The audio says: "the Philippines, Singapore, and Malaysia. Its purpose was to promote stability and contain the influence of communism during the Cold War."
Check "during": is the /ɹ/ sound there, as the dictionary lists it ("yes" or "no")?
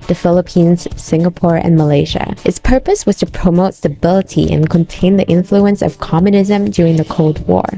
yes